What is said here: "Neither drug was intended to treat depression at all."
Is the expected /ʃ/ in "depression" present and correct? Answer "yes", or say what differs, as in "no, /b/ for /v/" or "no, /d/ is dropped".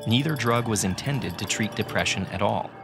yes